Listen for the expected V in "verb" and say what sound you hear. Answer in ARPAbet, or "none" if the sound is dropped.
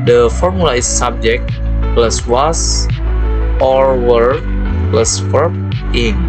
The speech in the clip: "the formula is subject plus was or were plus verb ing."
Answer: W